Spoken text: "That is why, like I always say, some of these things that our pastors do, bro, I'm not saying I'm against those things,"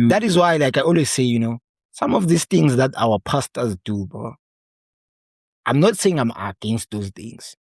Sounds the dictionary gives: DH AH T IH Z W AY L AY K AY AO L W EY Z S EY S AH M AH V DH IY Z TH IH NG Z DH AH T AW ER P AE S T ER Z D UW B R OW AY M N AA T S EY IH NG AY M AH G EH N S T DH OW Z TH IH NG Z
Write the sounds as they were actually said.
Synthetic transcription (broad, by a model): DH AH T IH Z W AY L AY K AY AO L W EY Z S EY S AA M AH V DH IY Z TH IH NG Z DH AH T AW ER P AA S T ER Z D UW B OW AY M N AA T S EY IH NG AY M AH G EH N S T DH OW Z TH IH NG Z